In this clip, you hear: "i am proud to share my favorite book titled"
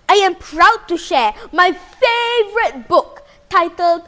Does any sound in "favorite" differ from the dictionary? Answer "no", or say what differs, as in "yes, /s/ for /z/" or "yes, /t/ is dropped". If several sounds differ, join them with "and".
no